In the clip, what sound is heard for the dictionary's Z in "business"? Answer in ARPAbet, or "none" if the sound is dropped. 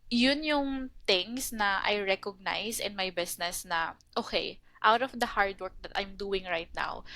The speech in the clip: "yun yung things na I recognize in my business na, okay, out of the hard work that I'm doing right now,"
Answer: S